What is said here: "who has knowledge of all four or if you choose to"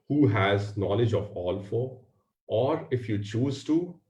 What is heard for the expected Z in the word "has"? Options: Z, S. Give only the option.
Z